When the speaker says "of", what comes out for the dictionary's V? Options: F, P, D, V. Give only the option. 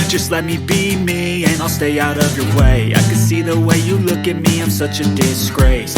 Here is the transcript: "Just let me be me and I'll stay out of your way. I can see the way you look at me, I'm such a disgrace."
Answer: V